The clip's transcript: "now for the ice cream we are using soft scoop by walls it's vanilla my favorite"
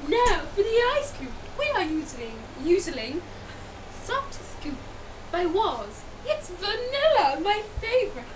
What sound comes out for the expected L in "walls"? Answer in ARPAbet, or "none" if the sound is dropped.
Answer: none